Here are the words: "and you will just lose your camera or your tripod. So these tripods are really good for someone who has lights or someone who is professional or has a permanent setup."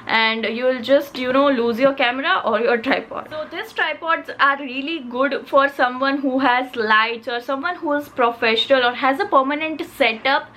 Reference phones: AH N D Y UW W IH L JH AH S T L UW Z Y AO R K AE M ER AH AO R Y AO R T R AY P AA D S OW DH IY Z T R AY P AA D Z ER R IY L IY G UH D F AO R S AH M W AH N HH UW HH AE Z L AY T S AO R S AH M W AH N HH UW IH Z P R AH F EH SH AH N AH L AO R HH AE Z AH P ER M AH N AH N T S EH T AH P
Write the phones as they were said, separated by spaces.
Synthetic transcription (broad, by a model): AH N D Y UW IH L JH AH S T L UW Z Y AO R K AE M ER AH AO R Y AO R T R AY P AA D S OW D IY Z T R AY P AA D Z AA R IY L IY G UH D F AO R S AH M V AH N HH UW HH AE Z L AY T AO R S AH M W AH N HH UW IH Z P R AH F EH SH AH N AH L AO R HH AE Z AH P ER M AH N AH N T S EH T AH P